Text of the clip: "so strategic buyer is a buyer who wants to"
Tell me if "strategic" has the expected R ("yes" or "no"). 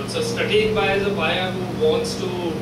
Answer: no